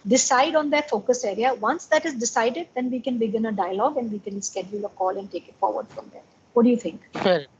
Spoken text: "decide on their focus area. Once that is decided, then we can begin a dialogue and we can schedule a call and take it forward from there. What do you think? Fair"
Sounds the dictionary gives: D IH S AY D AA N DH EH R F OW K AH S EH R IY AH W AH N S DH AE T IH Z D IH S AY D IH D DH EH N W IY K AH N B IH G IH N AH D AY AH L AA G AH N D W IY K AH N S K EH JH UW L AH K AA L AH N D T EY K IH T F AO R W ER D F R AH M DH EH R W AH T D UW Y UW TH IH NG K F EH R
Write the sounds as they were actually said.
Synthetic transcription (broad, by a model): D IH S AY D AA N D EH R F OW K AH S EH R IY AH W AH N S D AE T IH Z D IH S AY D IH D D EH N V IY K AH N B IH G IH N AH D AY AH L AA G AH N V IY K AH N S K EH JH UW L AH K AA L AH N D T EY K IH T F AO R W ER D F R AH M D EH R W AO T D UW Y UW T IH NG K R